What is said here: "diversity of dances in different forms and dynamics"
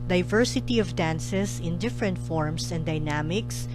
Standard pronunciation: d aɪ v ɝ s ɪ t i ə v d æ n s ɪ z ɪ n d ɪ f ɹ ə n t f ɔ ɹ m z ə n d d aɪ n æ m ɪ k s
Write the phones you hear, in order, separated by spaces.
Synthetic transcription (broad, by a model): d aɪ v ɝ s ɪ t i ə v d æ n s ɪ s ɪ n d ɪ f ɹ ə n t f ɔ ɹ m s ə n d d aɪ n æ m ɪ k s